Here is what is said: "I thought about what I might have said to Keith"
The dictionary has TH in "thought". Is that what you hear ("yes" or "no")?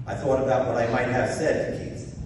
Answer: yes